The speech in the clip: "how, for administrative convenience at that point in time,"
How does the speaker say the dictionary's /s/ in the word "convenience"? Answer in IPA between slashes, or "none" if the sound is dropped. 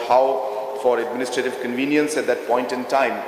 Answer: /s/